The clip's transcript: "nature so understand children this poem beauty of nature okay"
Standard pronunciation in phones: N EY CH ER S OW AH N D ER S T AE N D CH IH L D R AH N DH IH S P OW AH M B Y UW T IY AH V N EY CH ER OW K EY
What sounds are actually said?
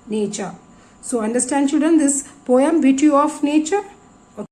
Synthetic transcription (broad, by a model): N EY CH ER S OW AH N D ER S T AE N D SH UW D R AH N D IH S P OW AH M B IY T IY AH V N EY CH ER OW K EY